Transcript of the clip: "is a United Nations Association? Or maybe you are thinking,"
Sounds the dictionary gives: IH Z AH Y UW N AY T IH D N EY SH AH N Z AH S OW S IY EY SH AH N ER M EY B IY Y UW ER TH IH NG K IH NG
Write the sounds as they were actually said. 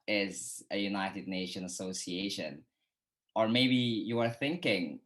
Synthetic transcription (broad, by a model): IH Z AH Y UW N AY T IH D N EY SH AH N AH S OW S IY EY SH AH N ER M EY B IY Y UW ER TH IH NG K IH NG